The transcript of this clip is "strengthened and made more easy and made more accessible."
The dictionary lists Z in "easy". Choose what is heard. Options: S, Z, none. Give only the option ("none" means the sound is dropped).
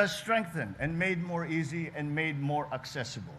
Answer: Z